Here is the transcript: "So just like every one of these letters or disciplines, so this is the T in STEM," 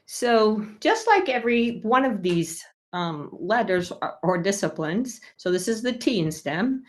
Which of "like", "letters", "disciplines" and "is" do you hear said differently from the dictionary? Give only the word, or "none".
none